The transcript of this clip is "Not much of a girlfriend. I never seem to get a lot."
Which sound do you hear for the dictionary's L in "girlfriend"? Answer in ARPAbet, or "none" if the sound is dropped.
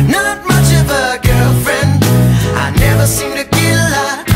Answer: L